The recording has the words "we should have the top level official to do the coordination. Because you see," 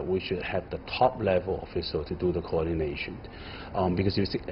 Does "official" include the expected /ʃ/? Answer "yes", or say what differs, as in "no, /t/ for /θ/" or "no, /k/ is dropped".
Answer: no, /s/ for /ʃ/